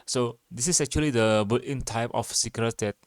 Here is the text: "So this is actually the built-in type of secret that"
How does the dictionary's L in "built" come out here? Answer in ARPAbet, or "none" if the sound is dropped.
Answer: none